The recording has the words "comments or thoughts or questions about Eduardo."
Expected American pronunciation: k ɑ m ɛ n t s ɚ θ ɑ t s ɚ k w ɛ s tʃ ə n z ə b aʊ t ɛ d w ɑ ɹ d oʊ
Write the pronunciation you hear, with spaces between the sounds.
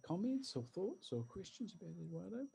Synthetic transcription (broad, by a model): k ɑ m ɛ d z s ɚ θ ɑ t s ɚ k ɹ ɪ s tʃ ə n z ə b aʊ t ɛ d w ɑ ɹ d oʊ